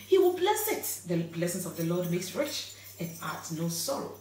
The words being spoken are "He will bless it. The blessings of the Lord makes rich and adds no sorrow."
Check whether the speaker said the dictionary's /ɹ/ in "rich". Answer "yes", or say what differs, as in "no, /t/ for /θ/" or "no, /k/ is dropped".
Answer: yes